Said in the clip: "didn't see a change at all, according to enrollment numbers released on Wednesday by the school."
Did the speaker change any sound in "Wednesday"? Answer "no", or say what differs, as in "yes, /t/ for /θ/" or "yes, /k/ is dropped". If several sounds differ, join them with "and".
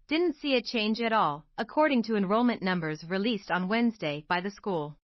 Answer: no